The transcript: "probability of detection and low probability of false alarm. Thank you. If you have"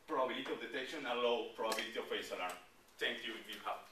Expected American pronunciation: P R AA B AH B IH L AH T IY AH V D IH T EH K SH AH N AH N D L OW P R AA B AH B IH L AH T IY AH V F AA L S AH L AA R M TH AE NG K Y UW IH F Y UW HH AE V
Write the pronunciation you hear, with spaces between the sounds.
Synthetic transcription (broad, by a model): P R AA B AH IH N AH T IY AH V D IH T EH K SH AH N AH L OW P R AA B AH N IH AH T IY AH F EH S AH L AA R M T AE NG K Y UW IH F Y UW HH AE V